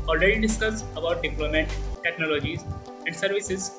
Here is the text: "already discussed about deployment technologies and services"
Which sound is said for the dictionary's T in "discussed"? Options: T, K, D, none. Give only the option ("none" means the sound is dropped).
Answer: none